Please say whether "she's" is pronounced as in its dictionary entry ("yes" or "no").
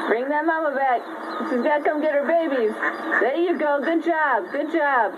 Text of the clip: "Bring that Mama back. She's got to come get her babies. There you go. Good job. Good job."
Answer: no